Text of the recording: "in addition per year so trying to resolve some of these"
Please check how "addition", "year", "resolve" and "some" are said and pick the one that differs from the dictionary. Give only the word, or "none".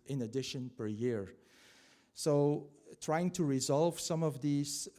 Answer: none